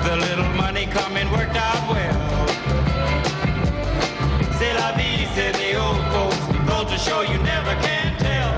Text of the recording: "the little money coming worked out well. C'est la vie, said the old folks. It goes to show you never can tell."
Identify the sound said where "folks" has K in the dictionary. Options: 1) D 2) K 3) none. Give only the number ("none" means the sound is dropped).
3